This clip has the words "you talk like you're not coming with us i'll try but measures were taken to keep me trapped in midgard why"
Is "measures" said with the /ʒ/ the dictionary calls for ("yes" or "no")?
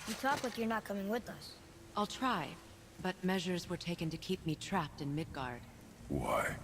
yes